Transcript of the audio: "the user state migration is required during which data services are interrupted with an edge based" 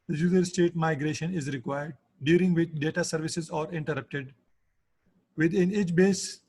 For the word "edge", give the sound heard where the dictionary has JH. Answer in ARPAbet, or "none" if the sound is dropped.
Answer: CH